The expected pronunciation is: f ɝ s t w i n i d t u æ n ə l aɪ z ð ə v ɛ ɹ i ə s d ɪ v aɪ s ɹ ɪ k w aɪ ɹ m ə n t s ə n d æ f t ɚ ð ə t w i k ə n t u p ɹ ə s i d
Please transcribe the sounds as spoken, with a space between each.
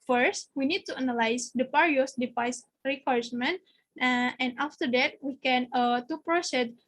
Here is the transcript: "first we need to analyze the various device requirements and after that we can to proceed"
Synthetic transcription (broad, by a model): f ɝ s t w i n i d t u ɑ n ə l aɪ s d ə p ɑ ɹ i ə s d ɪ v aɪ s ɹ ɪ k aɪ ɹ m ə n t ə n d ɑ f t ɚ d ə t w i k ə n t u p ɹ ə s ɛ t